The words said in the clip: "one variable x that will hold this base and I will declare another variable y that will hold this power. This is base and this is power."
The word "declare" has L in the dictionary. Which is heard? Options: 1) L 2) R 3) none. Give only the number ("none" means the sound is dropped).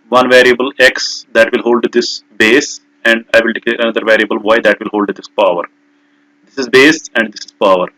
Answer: 3